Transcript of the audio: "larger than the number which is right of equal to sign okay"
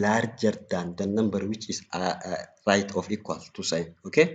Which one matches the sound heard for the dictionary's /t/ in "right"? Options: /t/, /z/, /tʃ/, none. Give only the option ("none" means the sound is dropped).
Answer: /t/